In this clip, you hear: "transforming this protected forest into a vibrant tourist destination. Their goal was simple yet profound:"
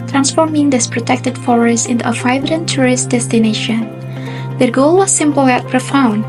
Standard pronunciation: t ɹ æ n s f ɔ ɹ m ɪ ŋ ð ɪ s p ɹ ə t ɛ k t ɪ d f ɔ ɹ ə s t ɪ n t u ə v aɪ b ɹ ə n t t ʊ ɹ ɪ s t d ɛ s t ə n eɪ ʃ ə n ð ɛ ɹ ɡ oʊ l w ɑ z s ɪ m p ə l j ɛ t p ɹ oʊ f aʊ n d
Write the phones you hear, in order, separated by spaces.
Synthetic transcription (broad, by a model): t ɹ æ n s f ɔ ɹ m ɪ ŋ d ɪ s p ɹ ə t ɛ k t ɪ d f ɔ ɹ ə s ɪ n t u ə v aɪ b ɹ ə n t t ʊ ɹ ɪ s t d ɛ s t ə n eɪ ʃ ə n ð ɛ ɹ ɡ oʊ l w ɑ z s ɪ m p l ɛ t p ɹ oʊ f aʊ n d